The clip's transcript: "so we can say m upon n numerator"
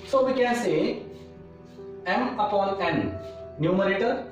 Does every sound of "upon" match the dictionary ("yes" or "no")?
no